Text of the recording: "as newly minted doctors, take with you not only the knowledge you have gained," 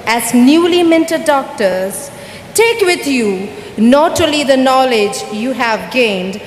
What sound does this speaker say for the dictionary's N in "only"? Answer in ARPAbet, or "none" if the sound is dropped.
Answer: none